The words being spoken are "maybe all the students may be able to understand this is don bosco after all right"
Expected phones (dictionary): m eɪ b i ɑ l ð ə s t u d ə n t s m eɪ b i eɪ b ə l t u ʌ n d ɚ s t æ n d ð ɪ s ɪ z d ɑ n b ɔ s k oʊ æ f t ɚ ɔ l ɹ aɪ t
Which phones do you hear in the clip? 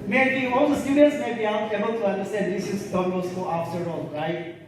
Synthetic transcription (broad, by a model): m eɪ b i ɑ l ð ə s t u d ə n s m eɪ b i eɪ b ə l t u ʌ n d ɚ s t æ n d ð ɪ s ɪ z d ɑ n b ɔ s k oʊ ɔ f s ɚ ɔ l ɹ aɪ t